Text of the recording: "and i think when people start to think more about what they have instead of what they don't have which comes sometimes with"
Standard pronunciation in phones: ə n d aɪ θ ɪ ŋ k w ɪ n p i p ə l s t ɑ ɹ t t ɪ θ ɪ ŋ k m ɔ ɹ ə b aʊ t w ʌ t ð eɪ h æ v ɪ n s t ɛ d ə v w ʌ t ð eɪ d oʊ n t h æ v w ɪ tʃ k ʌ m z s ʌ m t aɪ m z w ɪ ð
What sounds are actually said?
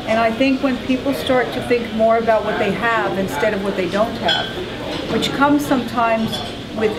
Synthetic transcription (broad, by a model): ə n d aɪ θ ɪ ŋ k w ɪ n p i p l s t ɑ ɹ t t ɪ θ ɪ ŋ k m ɔ ɹ ə b aʊ t w ʌ t ð eɪ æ v ɪ n s t ɛ d ə v w ʌ t ð eɪ d oʊ n t h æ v w ɪ tʃ k ʌ m z s ʌ m t aɪ m z w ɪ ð